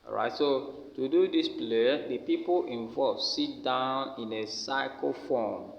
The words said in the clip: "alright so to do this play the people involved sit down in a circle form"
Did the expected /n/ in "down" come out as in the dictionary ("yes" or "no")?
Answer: yes